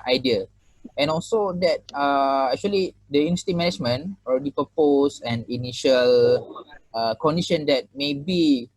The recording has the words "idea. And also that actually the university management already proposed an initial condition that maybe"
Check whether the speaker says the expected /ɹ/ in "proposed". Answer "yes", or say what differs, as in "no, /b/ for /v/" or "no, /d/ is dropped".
no, /ɹ/ is dropped